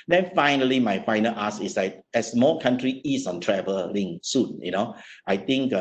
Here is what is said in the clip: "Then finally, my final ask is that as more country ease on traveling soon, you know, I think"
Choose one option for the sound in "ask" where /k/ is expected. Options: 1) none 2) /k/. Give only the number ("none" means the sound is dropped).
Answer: 1